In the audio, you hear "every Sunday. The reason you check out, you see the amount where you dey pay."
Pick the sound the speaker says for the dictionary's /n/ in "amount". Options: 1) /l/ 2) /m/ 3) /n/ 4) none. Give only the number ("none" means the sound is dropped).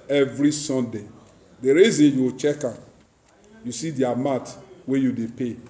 4